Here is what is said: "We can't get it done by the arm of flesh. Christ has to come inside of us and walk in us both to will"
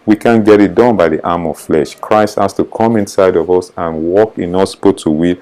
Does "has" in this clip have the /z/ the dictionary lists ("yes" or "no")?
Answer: no